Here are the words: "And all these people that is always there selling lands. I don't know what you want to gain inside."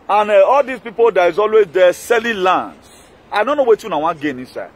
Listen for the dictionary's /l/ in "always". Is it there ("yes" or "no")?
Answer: yes